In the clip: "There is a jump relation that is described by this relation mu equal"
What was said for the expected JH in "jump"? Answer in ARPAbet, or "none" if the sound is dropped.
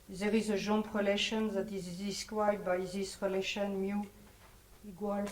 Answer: ZH